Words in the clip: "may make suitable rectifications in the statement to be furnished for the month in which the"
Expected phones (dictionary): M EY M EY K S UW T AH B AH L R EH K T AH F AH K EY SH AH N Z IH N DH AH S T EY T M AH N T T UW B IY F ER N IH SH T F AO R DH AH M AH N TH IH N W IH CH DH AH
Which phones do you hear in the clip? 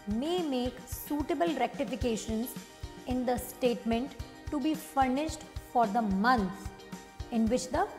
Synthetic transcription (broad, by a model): M EY M EY K S UW T AH B AH L R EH K T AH F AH K EY SH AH N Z IH N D AH S T EY T M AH N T T UW B IY F ER N IH SH T F AO R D AH M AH N S IH N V IH CH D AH